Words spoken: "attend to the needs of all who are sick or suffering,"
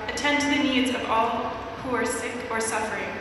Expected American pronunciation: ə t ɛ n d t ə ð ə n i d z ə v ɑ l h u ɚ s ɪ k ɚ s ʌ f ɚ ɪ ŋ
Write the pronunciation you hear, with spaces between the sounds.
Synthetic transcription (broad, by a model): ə t ɛ n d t ð ə n i d z ə v ɑ l h u ɚ s ɪ k ɚ s ʌ f ɚ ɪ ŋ